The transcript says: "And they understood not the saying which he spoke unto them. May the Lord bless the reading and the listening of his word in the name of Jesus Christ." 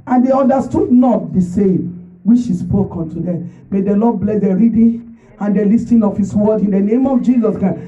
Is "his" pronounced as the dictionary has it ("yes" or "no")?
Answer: no